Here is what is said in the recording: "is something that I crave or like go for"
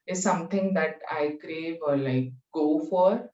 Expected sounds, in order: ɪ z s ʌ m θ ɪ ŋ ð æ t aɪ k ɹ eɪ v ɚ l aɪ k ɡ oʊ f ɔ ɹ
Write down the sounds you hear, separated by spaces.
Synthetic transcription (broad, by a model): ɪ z s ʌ m t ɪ ŋ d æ t aɪ k ɹ eɪ v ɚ l aɪ k ɡ oʊ f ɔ ɹ